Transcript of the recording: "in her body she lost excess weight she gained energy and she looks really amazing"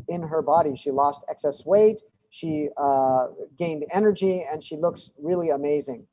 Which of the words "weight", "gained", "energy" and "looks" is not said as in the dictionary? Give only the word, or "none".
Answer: none